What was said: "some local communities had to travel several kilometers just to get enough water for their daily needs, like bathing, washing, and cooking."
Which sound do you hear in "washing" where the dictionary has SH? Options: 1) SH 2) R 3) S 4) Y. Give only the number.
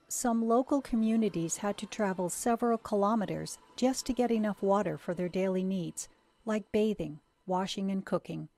1